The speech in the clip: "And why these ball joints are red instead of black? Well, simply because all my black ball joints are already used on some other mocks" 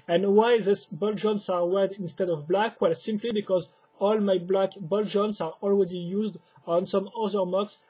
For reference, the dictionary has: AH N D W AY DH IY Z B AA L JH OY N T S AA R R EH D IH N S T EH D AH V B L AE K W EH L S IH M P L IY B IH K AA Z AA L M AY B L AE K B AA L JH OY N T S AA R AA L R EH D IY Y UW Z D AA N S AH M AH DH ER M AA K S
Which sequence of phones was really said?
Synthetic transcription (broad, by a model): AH N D W AY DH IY S B AA L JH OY N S AA R W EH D IH N S T EH D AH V B L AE K W EH L S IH M P L IY B IH K AA Z AA L M AY B L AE K B AA L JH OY N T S AA R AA L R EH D IY Y UW Z D AA N S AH M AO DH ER M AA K S